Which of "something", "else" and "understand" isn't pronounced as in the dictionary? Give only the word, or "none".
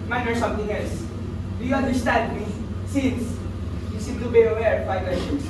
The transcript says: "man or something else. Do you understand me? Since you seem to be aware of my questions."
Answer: something